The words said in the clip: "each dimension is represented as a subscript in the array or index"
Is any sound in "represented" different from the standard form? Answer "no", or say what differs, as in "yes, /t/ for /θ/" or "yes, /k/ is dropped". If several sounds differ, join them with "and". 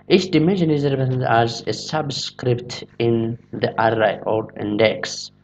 yes, /p/ is dropped